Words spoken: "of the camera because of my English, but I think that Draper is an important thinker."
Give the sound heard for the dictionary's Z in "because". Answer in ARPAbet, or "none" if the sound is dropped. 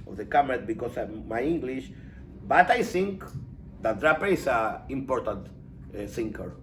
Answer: S